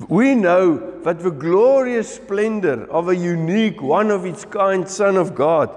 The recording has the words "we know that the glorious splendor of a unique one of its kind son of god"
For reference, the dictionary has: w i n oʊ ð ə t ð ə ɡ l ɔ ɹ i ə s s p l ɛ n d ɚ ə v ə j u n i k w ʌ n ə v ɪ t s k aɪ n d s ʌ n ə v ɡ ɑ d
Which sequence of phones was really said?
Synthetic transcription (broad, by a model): w i n oʊ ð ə t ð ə ɡ l ɔ ɹ i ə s s p l ɛ n d ɚ ə v ə j u n i k w ʌ n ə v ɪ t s k aɪ n d s ʌ n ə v ɡ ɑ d